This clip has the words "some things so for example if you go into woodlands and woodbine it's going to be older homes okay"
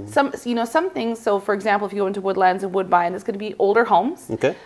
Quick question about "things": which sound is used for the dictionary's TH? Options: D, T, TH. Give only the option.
TH